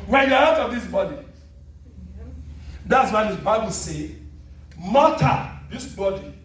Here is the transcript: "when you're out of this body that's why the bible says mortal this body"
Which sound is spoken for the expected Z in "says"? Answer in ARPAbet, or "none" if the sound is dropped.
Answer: none